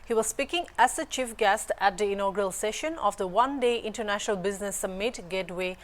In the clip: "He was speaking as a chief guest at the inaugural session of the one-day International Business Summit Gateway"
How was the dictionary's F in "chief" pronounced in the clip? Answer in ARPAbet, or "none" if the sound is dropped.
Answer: F